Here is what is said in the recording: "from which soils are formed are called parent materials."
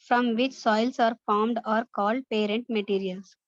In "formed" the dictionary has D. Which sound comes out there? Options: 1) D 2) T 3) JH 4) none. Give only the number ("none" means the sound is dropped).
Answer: 1